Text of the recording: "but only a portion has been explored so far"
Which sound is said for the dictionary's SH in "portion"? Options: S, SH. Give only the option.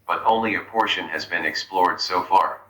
SH